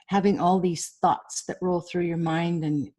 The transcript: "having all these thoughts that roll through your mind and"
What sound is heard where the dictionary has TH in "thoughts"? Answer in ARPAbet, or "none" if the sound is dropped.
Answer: TH